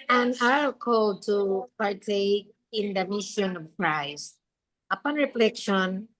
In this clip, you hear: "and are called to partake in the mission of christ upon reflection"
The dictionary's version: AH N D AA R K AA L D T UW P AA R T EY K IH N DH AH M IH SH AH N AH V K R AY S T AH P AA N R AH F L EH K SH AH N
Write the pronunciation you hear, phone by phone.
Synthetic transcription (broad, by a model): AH N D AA L K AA L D T UW P AA R T EY K IH N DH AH M IH SH AH N AH V K R AY S T AH P AA N R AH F L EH K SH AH N